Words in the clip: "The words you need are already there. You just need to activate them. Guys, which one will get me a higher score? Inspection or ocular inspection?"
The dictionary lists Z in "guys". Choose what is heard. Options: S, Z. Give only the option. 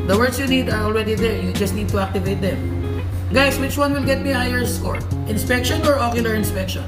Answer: S